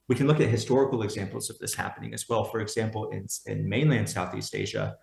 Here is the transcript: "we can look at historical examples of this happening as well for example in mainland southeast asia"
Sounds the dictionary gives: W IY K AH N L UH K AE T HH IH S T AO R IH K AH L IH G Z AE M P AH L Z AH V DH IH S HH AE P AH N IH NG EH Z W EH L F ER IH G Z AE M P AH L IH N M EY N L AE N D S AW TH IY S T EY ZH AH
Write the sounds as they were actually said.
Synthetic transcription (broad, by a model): W IY K N L UH K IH T HH IH S T AO R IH K L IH G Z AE M P L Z AH V DH IH S HH AE P AH N IH NG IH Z W EH L F ER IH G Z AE M P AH N IH N M EY N L AE N D S AW TH IY S T EY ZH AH